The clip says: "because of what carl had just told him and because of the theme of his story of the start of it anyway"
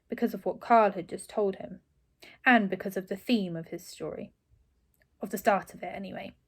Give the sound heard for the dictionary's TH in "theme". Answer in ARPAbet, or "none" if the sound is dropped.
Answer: TH